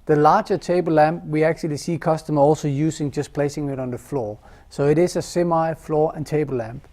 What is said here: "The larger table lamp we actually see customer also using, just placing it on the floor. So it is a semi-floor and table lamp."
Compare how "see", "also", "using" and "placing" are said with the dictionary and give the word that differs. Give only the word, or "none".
using